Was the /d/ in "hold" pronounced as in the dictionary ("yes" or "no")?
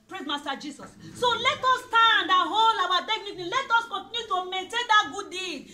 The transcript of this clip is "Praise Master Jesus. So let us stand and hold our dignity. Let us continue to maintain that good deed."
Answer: no